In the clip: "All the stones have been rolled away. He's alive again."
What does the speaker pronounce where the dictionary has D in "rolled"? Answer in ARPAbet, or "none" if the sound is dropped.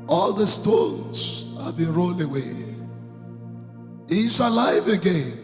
none